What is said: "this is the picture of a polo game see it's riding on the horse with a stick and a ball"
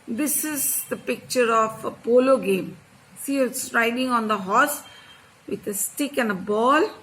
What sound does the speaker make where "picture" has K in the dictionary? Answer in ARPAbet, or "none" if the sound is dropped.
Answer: K